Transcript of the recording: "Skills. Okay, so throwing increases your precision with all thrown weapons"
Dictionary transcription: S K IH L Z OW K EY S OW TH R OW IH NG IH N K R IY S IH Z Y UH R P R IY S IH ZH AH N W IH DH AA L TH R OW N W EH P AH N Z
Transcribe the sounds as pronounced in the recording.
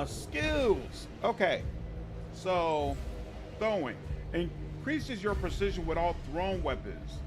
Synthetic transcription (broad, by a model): S K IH L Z OW K EY S OW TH OW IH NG IH N K R IY S IH Z Y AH R P R IY S IH ZH AH N W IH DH AA L TH R OW N W EH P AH N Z